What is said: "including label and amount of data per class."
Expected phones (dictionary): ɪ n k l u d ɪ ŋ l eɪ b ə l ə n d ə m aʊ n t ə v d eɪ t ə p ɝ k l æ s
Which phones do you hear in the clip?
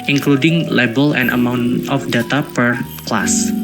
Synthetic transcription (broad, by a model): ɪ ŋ k l u d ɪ ŋ l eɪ b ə l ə n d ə m aʊ n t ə f d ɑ t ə p ɝ k l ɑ s